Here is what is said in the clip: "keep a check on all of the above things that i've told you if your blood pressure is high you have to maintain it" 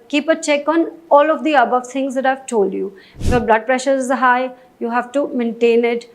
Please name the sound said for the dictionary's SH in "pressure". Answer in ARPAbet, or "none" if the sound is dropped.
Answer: SH